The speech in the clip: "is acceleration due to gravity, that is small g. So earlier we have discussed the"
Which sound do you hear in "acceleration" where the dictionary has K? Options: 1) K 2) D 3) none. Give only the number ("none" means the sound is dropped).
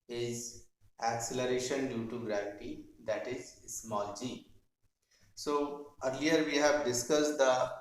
1